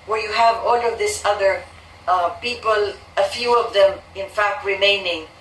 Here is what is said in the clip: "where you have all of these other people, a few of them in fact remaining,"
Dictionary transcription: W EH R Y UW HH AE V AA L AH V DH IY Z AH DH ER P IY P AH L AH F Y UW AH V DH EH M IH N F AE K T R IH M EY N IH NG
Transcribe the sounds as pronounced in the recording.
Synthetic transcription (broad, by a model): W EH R Y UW HH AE V AA L AH V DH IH S AH DH ER P IY P AH L AH F Y UW AH V DH EH M IH N F AE K T R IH M EY N IH NG